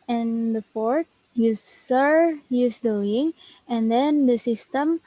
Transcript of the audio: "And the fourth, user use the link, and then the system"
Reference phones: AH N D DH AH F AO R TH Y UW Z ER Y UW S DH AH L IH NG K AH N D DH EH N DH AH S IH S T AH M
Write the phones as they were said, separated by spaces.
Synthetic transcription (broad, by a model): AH N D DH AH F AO R T Y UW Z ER Y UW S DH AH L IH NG AH N D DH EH N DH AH S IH S T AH M